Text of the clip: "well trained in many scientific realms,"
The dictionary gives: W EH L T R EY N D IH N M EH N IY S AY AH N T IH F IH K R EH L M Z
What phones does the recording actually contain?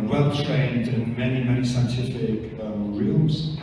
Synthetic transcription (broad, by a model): W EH L T R EY N D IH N M EH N IY S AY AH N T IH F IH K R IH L M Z